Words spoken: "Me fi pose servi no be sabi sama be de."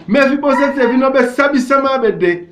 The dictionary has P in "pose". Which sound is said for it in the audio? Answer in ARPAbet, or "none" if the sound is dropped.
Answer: B